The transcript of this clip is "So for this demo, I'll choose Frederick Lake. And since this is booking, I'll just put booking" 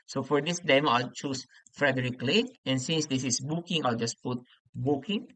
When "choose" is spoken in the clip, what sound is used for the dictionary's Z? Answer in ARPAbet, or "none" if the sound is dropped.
S